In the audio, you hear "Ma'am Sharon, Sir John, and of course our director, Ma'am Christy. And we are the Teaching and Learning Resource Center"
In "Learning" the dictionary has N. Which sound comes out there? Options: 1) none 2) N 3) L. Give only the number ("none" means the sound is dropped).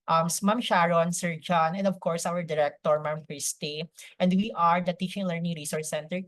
2